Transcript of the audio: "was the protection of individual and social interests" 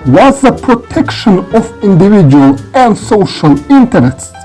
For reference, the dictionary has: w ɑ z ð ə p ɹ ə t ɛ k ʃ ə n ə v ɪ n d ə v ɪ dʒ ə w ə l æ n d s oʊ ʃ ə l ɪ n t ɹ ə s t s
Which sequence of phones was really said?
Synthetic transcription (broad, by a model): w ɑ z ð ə p ɹ ə t ɛ k ʃ ə n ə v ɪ n d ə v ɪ dʒ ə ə l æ n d s oʊ ʃ ə l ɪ n t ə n t s